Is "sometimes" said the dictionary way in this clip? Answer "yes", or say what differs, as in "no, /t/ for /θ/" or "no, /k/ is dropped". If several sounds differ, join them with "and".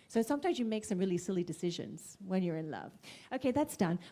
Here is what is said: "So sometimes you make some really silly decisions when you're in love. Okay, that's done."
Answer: yes